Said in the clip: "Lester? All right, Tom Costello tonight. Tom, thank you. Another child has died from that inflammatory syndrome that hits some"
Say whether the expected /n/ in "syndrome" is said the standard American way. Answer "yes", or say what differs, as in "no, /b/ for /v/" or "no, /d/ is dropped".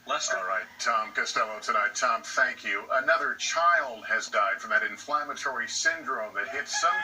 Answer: yes